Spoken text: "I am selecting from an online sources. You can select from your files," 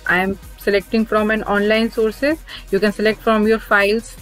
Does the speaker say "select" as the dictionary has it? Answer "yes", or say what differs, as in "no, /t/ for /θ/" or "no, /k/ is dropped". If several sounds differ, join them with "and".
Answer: yes